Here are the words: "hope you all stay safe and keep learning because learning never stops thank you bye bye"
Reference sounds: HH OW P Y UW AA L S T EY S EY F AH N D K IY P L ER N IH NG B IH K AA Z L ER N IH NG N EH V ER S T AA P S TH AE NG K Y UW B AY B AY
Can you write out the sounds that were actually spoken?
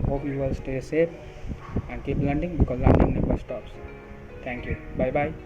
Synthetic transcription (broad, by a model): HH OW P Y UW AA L S T EY S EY P AH N D K IY P L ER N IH NG B IH K AA Z L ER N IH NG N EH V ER S T AA P S T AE NG K Y UW B AY B AY